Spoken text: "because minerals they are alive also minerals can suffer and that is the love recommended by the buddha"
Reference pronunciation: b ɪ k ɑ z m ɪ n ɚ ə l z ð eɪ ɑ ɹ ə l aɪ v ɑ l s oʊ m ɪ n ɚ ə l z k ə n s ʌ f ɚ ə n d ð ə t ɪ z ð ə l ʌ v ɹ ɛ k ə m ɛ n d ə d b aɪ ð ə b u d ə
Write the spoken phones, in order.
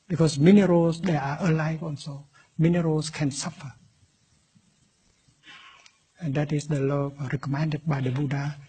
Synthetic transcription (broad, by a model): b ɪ k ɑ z m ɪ n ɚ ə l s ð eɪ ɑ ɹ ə l aɪ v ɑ n s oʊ m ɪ n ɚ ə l s k ə n s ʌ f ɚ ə n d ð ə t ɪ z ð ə l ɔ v ɹ ɛ k ə m ɛ n d ə d b aɪ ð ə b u d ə